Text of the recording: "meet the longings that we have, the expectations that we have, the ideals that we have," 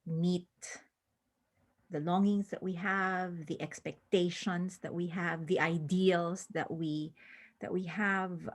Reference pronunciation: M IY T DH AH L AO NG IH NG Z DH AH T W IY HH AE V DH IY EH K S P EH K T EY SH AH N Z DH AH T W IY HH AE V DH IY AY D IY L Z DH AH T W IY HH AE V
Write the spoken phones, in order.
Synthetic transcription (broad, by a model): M IY T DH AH L AO NG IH NG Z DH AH T W IY HH AE V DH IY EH K S P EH K T EY SH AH N S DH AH T W IY HH AE V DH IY AY D IY L S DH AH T W IY HH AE V